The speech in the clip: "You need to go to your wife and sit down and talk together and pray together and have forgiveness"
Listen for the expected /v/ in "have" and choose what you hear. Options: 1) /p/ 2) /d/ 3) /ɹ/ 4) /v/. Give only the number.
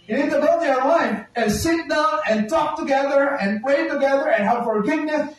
1